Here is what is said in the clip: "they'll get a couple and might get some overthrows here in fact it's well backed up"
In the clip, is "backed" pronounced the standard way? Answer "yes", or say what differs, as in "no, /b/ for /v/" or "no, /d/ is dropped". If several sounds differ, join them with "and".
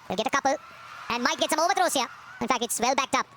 yes